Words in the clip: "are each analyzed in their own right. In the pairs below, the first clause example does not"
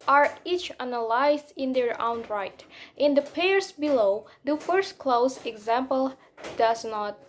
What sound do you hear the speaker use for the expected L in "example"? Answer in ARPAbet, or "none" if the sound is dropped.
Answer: L